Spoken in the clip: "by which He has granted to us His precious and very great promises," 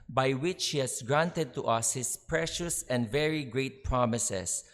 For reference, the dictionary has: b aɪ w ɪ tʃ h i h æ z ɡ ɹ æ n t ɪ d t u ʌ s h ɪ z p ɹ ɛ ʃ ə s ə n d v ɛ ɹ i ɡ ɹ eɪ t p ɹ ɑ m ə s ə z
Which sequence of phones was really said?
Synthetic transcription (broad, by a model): b aɪ w ɪ tʃ h i h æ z ɡ ɹ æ n t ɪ d t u ʌ s h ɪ s p ɹ ɛ ʃ ə s ə n d v ɛ ɹ i ɡ ɹ eɪ t p ɹ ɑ m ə s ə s